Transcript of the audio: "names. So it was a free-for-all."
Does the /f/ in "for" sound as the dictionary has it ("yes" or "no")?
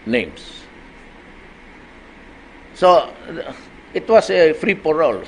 no